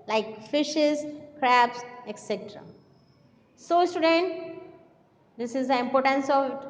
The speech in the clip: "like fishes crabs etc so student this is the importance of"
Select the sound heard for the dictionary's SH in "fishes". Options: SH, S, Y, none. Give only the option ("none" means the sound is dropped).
SH